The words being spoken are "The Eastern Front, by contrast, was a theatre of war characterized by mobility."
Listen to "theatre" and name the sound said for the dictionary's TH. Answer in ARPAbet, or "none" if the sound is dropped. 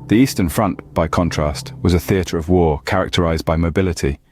TH